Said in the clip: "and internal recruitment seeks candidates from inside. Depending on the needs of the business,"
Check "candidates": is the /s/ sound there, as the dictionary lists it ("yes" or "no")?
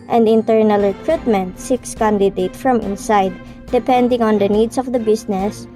no